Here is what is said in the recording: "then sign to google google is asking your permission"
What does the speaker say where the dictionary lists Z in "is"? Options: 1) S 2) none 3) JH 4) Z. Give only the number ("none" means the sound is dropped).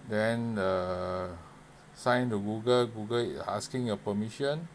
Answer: 1